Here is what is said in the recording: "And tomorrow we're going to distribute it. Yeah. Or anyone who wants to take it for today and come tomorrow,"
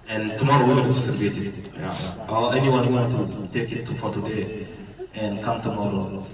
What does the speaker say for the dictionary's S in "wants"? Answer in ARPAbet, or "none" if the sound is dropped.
none